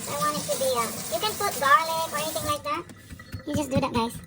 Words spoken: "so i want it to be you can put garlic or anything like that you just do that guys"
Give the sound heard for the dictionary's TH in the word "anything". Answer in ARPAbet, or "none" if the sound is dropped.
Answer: T